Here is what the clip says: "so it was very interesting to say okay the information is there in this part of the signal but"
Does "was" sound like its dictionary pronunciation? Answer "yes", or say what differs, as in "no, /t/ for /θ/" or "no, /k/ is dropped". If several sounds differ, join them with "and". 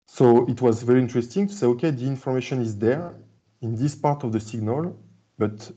yes